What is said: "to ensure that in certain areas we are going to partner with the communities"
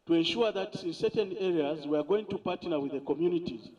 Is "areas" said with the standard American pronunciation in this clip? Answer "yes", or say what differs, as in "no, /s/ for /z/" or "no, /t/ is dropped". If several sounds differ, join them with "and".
yes